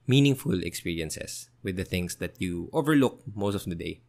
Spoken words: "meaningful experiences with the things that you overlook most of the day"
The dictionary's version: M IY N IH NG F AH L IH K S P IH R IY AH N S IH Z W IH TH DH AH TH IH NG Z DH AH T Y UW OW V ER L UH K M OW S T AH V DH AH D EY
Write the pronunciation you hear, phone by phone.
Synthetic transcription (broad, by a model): M IY N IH NG F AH L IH K S P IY R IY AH N S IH S W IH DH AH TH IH NG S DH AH T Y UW OW V ER L UH K M OW S T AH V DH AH D EY